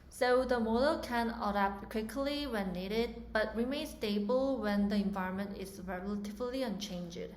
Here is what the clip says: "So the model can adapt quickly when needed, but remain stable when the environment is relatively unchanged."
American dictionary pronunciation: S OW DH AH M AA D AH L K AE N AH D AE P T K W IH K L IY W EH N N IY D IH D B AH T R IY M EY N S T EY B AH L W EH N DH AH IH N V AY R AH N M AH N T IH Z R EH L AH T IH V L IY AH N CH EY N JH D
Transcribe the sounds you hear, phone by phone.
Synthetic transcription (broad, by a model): S OW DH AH M AA D AH L K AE N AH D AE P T K W IH K L IY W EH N N IY D IH D B AH T R IY M EY N S T EY B AH L W EH N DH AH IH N V AY R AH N M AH N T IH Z R EH L AH T IH V L IY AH N CH EY N JH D